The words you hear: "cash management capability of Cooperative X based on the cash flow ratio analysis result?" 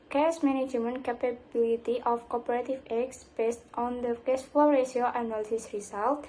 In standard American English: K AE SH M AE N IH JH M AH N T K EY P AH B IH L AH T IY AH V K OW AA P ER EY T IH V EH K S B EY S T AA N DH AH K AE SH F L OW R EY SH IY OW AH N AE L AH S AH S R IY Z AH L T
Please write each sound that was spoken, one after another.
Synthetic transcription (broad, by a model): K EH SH M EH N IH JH M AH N K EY P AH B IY L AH T IY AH F K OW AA P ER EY T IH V EH K S B EY S T AA N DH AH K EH S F OW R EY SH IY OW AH N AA L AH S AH S R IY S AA L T